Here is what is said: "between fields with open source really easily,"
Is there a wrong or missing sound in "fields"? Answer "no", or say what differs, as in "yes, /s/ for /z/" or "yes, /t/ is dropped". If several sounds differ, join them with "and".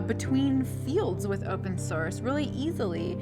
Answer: no